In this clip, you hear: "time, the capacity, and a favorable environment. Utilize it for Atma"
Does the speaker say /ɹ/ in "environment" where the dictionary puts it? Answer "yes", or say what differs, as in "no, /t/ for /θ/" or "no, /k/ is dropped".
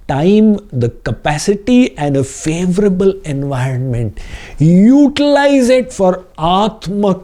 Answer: yes